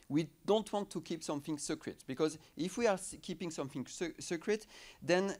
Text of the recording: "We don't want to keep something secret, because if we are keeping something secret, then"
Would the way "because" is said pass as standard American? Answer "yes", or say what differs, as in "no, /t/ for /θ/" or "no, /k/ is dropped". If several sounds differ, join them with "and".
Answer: yes